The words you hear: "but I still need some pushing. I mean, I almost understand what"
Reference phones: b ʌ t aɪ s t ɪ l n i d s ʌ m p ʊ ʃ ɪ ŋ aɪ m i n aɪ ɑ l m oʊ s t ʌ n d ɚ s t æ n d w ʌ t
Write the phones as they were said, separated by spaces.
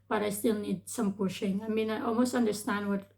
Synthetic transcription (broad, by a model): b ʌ t aɪ s t ɪ l n i d s ʌ m p ʊ ʃ ɪ ŋ aɪ m i n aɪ ɑ l m oʊ s t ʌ n d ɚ s t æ n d w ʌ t